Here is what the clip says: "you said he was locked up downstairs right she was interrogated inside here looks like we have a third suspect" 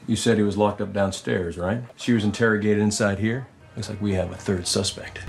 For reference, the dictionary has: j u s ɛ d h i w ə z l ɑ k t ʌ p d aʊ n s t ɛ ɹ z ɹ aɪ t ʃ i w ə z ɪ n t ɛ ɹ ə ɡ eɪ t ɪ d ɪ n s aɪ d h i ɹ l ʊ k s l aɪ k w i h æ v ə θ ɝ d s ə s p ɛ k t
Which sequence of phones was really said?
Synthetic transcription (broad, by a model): j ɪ s ɛ d h i w ə z l ɑ k t ʌ p d aʊ n s t ɛ ɹ z ɹ aɪ t ʃ i w ə z ɪ n t ɛ ɹ ə ɡ eɪ t ɪ d ɪ n s aɪ d h i ɹ l ʊ k s l aɪ k w i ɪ v ə θ ɝ d s ə s p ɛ k t